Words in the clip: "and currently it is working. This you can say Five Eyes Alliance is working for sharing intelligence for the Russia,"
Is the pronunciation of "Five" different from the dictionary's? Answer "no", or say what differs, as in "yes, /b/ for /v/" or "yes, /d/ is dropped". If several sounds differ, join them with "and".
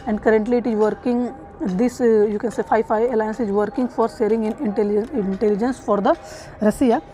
yes, /f/ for /v/